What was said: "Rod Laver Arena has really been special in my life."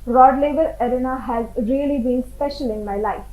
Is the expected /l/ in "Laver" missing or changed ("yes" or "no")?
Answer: no